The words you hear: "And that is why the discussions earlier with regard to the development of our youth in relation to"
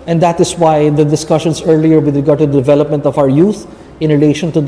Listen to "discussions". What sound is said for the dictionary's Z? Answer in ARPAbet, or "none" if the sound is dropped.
S